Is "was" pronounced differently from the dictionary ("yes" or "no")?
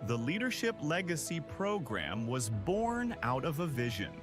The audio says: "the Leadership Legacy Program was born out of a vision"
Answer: no